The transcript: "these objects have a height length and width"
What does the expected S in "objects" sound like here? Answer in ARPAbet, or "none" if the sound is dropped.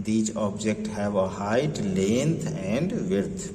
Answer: none